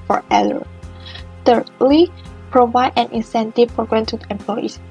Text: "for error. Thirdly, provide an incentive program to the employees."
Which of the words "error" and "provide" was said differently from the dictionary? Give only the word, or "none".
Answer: error